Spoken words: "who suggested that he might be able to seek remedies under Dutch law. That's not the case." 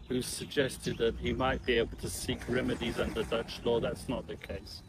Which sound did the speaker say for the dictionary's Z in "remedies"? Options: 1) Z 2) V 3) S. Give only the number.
1